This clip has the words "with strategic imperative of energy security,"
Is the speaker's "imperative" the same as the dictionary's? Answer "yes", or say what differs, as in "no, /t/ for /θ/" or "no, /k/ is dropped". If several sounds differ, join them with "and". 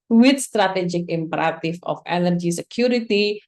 no, /f/ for /v/